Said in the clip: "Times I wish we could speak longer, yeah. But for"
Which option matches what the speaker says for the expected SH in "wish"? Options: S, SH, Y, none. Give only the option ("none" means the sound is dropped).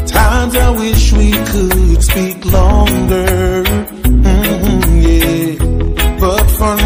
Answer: SH